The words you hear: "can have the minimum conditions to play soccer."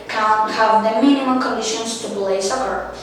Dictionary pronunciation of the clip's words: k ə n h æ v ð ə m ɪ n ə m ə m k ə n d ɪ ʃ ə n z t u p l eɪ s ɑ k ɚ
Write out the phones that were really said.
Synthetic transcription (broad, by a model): k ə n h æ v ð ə m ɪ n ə m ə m k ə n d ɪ ʃ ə n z t u b l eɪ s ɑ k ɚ